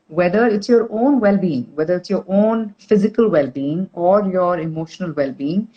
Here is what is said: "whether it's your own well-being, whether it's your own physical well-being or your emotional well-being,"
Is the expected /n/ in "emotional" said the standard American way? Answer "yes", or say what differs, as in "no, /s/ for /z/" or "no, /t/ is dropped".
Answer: yes